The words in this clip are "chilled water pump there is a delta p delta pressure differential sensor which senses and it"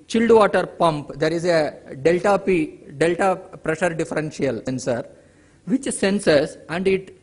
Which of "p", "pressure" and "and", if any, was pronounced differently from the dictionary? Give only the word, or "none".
none